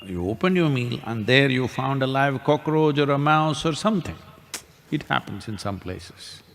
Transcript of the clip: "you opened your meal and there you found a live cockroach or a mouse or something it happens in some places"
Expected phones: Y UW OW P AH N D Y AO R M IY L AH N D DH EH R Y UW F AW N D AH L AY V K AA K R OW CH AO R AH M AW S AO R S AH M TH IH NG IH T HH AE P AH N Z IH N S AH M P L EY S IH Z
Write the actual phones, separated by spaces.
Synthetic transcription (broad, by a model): Y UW OW P AH N D Y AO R M IY L AH N D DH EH R Y UW F AW N D AH L AY V K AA K R OW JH AO R AH M AW S AO R S AH M T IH NG IH T HH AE P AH N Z IH N S AH M P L EY S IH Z